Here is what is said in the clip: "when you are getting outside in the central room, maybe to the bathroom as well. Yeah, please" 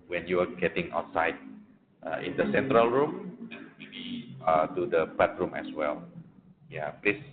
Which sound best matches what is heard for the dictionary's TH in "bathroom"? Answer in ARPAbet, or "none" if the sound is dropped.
T